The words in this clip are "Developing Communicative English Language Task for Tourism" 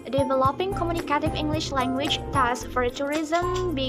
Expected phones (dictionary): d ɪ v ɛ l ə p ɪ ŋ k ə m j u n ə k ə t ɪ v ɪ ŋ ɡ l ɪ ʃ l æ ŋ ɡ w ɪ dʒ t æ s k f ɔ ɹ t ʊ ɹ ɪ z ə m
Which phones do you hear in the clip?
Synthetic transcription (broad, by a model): d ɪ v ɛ l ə p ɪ ŋ k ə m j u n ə k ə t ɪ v ɪ ŋ ɡ l ɪ ʃ l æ ŋ ɡ w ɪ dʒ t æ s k f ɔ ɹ t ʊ ɹ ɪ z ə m